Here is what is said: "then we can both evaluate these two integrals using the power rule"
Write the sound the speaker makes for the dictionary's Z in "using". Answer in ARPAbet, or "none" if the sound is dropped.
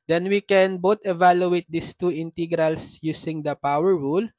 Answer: S